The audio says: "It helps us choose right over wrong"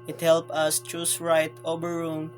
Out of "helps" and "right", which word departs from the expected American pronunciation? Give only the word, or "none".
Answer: helps